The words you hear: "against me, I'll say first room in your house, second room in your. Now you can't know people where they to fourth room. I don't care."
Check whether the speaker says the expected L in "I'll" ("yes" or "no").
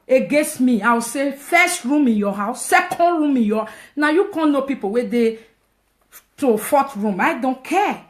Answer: no